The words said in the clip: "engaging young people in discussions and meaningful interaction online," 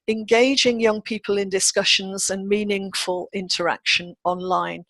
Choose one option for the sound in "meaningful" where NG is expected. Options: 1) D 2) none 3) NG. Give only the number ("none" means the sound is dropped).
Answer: 3